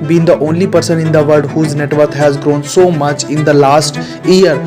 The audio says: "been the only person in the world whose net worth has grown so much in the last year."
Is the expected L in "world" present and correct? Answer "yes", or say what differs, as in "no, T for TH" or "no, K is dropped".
no, L is dropped